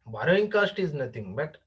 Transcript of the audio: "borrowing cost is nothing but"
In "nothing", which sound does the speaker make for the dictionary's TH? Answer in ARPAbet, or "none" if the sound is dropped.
T